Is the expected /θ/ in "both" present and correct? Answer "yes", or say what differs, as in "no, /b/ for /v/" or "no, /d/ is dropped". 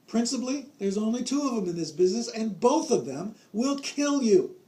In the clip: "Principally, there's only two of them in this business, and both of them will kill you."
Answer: yes